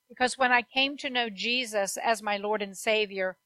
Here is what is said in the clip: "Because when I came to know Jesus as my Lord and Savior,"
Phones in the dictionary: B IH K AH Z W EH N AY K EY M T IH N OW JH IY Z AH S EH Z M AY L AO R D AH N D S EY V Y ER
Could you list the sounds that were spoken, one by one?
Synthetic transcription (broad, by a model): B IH K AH Z W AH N AY K EY M T IH N OW JH IY Z AH S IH Z M AY L AO R D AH N S EY V Y ER